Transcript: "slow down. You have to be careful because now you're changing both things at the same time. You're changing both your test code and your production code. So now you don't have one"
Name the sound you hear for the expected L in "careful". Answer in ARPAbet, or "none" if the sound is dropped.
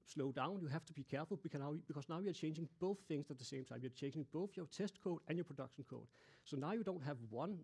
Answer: N